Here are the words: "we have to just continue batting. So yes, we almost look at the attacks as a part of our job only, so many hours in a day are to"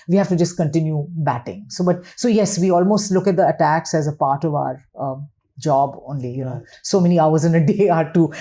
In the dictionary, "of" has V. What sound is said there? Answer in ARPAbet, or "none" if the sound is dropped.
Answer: V